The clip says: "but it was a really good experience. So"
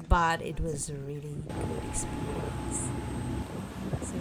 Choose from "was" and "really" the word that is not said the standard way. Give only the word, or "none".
none